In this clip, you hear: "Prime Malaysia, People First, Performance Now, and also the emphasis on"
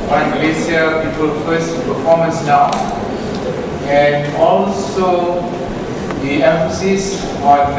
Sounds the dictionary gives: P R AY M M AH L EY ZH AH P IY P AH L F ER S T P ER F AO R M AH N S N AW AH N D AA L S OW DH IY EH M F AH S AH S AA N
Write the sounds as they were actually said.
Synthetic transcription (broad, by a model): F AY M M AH L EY S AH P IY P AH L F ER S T P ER F AO M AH N S N AW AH N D AA L S OW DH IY EH M F AH S AH S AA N